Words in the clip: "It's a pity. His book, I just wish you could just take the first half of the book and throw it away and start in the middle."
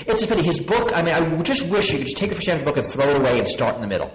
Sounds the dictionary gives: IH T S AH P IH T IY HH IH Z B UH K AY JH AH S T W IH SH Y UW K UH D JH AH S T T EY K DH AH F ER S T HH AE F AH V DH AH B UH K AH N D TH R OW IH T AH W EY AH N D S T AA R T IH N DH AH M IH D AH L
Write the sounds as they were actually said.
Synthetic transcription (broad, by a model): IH T S AH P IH T IY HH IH Z B UH K AY JH AH S T W IH SH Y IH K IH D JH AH S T T EY K DH AH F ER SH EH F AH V DH AH B UH K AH N TH R OW IH T AH W EY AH N S T AA R T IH N DH AH M IH D L